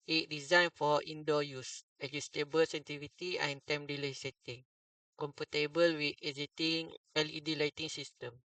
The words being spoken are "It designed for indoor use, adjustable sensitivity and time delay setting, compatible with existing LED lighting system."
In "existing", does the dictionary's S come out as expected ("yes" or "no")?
no